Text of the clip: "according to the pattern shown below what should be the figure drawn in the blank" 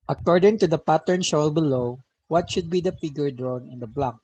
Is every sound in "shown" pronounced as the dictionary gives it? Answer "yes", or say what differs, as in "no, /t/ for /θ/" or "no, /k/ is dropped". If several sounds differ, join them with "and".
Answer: no, /l/ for /n/